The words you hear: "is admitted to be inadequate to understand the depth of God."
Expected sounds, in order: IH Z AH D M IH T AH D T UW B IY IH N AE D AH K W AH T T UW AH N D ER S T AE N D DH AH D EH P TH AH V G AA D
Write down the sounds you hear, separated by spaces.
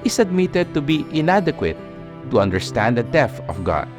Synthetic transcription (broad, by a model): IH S AH D M IH T AH D T UW B IY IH N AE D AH K W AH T T UW AH N D ER S T AE N D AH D EH TH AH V G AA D